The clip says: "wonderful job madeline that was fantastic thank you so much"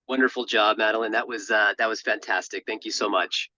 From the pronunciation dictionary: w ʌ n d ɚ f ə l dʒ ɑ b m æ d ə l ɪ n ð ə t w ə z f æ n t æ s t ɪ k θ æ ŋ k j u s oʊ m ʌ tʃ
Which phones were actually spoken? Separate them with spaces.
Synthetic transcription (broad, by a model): w ʌ n d ɚ f l dʒ ɑ b m æ d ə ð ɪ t ð ə t w ə z f æ n t æ s t ɪ k θ æ ŋ k j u s oʊ m ʌ tʃ